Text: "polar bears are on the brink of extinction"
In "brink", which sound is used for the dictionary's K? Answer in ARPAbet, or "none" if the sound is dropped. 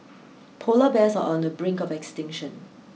K